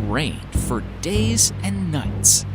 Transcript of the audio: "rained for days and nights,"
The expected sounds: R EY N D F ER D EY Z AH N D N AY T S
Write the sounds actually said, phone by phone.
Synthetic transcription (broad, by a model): R EY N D F ER D EY Z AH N N AY T S